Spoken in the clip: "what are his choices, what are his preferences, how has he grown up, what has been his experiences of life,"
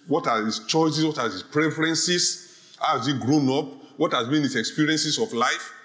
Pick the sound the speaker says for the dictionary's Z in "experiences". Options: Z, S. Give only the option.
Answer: S